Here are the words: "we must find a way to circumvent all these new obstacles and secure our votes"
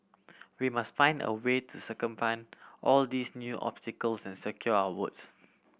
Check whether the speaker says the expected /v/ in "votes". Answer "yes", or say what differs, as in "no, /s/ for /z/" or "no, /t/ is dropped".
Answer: no, /w/ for /v/